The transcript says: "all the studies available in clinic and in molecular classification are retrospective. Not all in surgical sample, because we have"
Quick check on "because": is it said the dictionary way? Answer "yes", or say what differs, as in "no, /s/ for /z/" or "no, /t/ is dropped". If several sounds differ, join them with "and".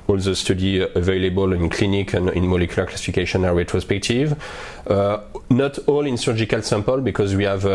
yes